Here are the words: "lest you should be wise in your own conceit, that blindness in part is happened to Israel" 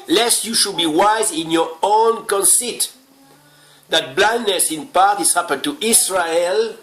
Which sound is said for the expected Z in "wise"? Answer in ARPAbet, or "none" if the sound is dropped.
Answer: Z